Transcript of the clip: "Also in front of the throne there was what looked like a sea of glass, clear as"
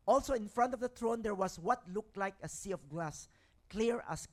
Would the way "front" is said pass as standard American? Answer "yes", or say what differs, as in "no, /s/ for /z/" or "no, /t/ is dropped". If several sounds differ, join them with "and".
yes